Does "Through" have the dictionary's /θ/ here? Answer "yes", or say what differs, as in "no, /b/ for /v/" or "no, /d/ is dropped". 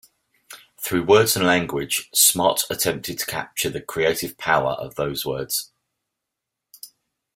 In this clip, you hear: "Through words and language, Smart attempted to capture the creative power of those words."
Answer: yes